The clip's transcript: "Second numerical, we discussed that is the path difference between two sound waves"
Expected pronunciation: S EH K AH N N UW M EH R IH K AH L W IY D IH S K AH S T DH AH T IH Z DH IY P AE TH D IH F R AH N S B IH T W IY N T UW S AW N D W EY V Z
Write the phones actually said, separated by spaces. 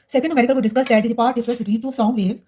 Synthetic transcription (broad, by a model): S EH K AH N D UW M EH R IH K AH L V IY D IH S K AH S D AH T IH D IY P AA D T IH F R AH S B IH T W IY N T UW S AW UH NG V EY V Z